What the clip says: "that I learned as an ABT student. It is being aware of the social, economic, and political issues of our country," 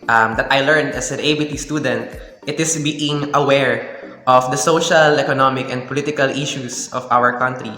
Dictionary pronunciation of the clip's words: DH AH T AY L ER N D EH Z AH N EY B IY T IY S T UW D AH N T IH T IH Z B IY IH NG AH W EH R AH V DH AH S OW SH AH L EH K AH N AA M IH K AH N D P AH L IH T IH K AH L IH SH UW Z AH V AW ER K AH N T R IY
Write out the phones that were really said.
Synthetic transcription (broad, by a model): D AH T AY L ER N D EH S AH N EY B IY T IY S T UW D AH N T IH T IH S B IY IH NG AH W EH R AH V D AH S OW SH AH L EH K AH N AA M IH K AH N D P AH L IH T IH K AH L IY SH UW S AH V AW ER K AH N T R IY